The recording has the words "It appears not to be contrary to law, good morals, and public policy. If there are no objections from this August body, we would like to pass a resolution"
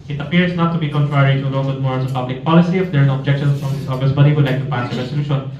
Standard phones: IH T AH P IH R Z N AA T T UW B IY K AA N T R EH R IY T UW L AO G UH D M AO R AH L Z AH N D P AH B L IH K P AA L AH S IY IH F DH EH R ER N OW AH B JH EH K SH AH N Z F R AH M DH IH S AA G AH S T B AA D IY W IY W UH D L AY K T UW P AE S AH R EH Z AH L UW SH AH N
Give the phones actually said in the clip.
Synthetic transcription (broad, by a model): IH T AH P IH R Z N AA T T UW B IY K AA N T R EH R IY T UW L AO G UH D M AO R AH Z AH P AH B L IH K P AA L AH S IY IH F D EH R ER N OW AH B JH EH K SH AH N F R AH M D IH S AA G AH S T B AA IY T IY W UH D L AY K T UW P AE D AH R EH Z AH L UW SH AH N